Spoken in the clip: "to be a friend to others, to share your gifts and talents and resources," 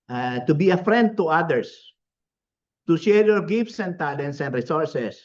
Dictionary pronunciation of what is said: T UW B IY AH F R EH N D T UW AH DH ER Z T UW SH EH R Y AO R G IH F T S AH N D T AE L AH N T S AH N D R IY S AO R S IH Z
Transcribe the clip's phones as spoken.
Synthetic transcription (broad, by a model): T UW B IY AH F R EH N D T UW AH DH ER S T UW SH EH R Y AO R G IH F T S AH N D T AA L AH N S AH N D R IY S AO R S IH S